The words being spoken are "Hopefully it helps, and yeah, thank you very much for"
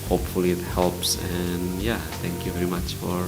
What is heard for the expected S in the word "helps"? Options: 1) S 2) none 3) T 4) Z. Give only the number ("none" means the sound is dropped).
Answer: 1